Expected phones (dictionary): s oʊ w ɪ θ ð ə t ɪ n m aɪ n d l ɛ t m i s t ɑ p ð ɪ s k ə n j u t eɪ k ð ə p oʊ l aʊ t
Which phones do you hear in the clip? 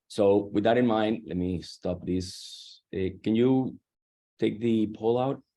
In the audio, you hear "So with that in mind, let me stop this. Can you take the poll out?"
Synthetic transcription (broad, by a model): s oʊ w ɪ ð ə t ɪ n m aɪ n d l ɛ t m i s t ɑ p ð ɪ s k ə n j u t eɪ k ð ə p oʊ l aʊ t